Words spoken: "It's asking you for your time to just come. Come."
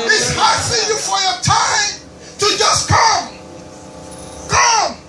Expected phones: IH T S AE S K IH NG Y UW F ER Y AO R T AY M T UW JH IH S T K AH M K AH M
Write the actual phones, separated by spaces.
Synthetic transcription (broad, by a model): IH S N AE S IH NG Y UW F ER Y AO T AY M T UW JH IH S K AH M K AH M